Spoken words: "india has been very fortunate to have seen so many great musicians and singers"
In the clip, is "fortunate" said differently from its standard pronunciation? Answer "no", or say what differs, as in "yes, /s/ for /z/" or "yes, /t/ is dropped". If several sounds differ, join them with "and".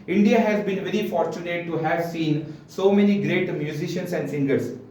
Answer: no